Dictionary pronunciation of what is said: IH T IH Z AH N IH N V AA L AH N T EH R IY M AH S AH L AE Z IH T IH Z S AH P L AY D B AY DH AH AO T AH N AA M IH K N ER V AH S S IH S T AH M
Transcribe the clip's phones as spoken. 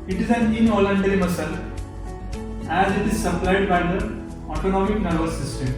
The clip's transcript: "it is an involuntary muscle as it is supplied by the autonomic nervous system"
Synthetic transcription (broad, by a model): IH T IH Z AH N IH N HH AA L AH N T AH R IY M AH S AH L AE Z IH T IH Z S AH P L AY D B AY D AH AO T AH N AA M IH K N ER B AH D S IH S T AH M